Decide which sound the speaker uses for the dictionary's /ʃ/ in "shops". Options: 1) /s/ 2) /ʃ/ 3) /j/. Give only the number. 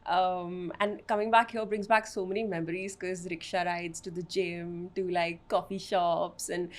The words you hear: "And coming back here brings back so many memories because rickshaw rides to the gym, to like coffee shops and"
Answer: 2